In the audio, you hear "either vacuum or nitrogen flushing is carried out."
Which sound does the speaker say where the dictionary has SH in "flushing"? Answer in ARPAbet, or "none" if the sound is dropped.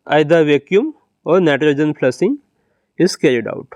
S